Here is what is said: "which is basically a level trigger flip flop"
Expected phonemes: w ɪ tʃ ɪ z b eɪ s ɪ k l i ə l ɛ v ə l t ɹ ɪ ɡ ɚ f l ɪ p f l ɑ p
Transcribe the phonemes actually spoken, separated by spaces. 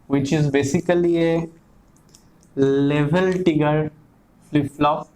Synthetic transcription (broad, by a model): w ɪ tʃ ɪ z b eɪ s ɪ k l i ə l ɛ v ə l t ɪ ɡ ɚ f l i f l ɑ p